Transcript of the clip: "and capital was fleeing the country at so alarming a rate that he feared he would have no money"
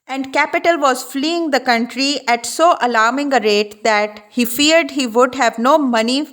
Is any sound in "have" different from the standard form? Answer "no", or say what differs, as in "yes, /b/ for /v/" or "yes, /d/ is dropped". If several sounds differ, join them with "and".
no